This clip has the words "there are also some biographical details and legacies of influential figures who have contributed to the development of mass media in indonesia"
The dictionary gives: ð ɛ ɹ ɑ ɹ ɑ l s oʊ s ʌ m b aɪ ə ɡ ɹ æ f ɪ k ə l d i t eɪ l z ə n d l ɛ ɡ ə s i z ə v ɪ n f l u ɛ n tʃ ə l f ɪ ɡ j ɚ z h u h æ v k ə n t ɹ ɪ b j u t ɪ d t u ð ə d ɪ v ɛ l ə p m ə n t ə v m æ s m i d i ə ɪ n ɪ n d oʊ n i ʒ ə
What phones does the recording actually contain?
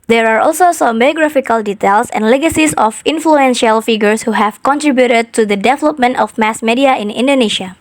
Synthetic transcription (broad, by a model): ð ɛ ɹ ɑ ɹ ɑ l s oʊ s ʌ m b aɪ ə ɡ ɹ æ f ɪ k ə l d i t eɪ l s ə n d l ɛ ɡ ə s i s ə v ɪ n f l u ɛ n ʃ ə l f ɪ ɡ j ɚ s h u h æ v k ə n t ɹ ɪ b j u t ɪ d t u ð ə d ɪ v ɛ l ə p m ə n t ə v m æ s m i d i ə ɪ n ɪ n d oʊ n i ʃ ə